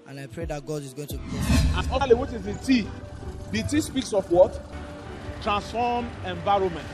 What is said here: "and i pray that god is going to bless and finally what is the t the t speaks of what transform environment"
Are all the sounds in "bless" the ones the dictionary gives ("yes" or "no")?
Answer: no